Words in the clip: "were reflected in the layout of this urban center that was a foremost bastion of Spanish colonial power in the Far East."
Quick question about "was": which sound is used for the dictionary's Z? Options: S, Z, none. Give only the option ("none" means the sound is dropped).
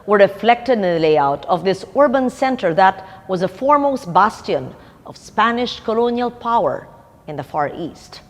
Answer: Z